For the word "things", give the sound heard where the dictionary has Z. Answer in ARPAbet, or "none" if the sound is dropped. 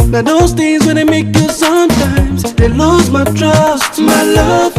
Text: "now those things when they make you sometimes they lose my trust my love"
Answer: Z